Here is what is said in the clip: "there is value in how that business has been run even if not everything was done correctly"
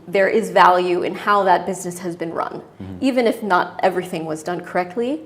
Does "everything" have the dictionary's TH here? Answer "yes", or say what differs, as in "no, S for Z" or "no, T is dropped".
yes